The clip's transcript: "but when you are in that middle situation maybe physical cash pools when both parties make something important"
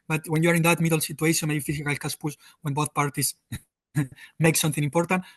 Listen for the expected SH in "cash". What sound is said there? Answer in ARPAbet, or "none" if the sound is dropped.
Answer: S